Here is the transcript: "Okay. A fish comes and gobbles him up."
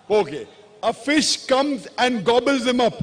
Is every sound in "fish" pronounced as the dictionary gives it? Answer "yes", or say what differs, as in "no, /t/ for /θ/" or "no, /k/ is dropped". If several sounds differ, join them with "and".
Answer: yes